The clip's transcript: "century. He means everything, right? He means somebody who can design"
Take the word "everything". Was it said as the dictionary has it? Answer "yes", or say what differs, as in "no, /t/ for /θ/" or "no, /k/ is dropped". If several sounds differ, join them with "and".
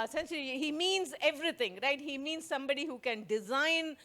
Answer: no, /t/ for /θ/